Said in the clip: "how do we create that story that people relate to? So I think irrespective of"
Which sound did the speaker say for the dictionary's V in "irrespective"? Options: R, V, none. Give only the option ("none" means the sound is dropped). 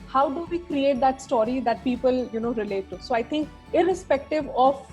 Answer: V